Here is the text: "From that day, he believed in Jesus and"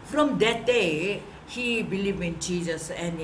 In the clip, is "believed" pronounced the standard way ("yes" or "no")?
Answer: no